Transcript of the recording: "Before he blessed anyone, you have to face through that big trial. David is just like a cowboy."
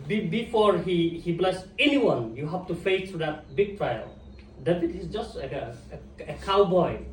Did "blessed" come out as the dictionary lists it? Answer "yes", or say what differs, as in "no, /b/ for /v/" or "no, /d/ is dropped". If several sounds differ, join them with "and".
no, /t/ is dropped